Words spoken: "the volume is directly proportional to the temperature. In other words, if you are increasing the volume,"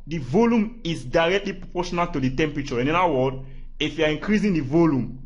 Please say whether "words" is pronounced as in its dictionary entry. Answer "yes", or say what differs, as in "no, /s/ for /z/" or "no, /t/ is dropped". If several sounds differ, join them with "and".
no, /z/ is dropped